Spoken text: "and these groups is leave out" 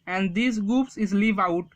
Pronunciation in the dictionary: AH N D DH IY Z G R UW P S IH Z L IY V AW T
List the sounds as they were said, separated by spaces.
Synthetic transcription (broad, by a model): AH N D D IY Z G UW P S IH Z L IY V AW T